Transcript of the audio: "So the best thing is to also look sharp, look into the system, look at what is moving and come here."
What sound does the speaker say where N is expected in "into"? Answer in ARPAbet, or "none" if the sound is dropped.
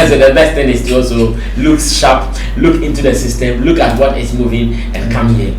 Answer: N